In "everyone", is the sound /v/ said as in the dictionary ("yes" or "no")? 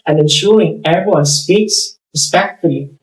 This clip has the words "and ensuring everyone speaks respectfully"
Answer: no